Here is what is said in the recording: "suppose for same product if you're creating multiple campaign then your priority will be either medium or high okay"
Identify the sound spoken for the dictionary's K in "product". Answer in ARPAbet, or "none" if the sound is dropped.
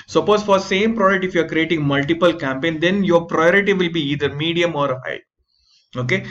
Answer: none